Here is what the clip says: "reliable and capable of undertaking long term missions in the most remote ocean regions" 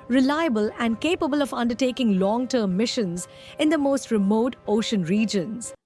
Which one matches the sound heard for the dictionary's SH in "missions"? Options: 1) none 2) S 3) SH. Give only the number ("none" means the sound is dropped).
3